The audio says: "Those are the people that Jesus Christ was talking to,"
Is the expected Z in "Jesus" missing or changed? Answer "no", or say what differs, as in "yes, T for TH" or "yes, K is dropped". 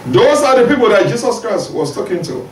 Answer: yes, S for Z